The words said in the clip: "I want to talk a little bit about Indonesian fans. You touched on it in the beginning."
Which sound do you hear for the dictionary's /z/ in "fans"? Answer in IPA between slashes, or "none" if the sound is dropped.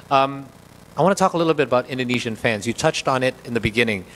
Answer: /z/